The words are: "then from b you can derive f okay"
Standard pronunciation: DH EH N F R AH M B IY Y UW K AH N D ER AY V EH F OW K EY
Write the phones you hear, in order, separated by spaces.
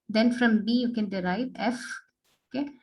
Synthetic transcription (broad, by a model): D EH N F R AH M B IY Y UW K AH N D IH AY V EH F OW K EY